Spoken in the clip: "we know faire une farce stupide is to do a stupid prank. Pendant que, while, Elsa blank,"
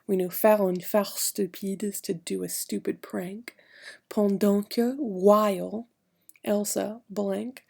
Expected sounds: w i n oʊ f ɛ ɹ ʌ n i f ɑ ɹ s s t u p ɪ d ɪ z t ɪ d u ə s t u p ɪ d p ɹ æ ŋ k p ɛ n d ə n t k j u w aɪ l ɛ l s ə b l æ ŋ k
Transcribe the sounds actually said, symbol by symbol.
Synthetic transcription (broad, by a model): w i n oʊ f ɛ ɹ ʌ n f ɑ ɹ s s t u p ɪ d ɪ z t ɪ d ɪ ə s t u p ɪ d p ɹ æ ŋ k p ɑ n d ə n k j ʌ w aɪ l ɛ l s ə b l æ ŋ k